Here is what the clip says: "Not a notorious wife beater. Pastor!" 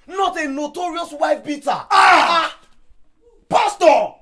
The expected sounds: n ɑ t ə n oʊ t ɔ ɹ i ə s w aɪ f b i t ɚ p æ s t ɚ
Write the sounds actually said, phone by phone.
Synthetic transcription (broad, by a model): n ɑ t ə n oʊ t ɔ ɹ i ə s w aɪ f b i t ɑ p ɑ s t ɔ